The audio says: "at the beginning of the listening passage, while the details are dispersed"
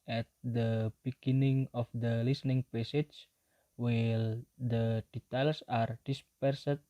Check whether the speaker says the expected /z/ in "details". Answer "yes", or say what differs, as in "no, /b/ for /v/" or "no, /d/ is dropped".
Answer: no, /s/ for /z/